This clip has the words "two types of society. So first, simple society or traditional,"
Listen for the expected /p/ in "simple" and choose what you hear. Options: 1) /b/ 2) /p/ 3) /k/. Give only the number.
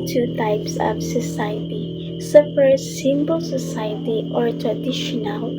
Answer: 1